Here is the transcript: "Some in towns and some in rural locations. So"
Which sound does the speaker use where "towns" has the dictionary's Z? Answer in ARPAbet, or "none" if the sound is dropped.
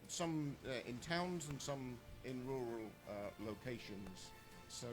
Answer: Z